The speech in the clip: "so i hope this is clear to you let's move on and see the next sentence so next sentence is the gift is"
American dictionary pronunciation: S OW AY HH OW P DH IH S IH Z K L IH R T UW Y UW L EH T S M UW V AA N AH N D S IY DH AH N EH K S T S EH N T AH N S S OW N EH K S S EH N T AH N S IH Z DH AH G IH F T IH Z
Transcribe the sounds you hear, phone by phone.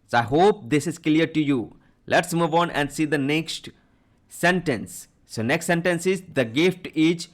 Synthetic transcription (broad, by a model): S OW AY HH OW P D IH S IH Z K L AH R T UW Y UW L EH T S M UW V AA N AH N D S IY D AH N EH K S T S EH N T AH N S S OW N EH K S S EH N T AH N S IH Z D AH G IH F T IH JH